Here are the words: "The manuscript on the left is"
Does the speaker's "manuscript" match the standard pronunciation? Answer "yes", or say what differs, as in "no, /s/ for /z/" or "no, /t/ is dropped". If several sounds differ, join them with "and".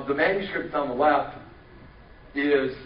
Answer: no, /k/ is dropped